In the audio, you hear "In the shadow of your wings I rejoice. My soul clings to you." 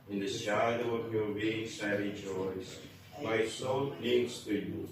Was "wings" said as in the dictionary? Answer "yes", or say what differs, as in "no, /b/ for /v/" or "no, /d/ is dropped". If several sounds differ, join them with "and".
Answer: no, /s/ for /z/